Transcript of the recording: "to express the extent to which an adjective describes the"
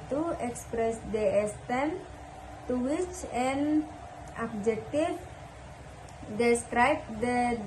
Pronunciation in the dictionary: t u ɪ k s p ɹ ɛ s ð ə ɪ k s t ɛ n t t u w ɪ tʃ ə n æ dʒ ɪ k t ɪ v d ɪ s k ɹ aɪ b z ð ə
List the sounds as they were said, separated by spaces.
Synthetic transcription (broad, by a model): t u ɪ k s p ɹ ɛ s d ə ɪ s t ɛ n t t u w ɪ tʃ ə n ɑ dʒ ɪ k t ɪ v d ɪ s k ɹ aɪ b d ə